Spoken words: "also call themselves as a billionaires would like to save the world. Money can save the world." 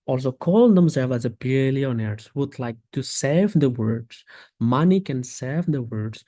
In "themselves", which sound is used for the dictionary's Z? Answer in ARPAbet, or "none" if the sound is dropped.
none